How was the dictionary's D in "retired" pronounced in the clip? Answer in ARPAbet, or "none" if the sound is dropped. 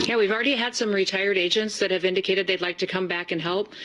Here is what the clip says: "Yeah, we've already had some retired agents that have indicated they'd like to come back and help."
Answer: D